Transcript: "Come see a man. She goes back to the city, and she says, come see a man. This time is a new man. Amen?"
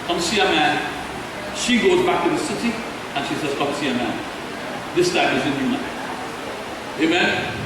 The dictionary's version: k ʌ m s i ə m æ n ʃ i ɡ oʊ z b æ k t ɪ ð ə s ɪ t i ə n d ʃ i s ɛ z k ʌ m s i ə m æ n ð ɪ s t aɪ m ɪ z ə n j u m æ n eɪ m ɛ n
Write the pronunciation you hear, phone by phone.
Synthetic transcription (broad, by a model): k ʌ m s i ə m æ n ʃ i ɡ oʊ z b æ k t ɪ ð ə s ɪ t i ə n ʃ i s ɛ z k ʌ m s i ə m æ n ð ɪ s t aɪ m ɪ z ə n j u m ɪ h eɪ m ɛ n